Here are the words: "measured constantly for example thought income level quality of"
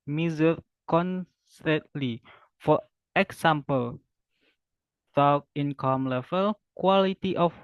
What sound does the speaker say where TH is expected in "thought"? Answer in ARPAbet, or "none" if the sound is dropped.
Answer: T